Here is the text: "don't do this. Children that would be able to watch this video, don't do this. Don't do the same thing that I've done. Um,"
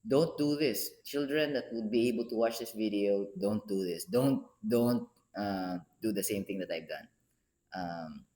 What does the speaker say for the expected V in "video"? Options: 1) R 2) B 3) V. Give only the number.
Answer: 3